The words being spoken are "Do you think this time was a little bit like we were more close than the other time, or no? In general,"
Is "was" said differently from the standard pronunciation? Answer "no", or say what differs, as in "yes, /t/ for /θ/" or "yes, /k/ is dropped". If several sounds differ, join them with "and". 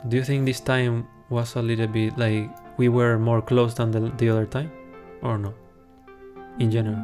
yes, /s/ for /z/